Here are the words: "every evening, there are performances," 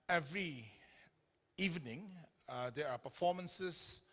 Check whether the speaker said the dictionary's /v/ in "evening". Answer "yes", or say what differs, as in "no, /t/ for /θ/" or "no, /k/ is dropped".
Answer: yes